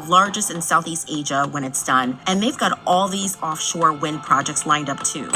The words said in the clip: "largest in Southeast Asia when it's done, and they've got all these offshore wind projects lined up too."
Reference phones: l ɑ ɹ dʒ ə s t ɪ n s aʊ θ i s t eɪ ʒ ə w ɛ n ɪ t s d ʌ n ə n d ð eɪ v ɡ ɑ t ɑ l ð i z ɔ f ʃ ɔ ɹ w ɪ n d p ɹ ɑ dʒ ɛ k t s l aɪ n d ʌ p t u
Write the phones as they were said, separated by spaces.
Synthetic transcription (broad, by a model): l ɑ ɹ dʒ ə s t ɪ n s aʊ θ i s t eɪ ʒ ə w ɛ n ɪ t s d ʌ n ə n ð eɪ v ɡ ɑ t ɑ l ð i z ɔ f ʃ ɔ ɹ w ɪ n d p ɹ ɑ dʒ ɛ k t s l aɪ n d ʌ p t u